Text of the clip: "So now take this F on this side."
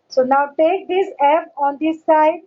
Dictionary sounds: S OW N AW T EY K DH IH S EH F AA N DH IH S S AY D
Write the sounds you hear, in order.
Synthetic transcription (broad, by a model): S OW N AW T EY K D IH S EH P AA N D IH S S AY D